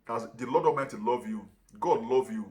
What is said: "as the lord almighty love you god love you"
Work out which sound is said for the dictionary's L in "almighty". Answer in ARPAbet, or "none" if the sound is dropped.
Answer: none